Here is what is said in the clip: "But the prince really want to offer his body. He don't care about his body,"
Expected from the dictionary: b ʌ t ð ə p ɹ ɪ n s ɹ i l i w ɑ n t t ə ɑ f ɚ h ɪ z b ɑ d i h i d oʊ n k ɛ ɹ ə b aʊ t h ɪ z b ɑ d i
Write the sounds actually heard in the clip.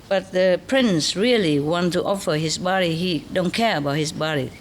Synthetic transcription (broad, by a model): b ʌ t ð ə p ɹ ɪ n s ɹ i l i w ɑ n t t ɑ f ɚ h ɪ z b ɑ d i h i d oʊ n k ɛ ɹ ə b aʊ t h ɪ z b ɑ d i